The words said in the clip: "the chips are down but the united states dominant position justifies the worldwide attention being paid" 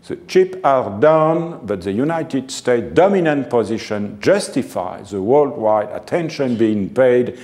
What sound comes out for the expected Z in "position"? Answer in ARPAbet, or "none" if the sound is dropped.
Z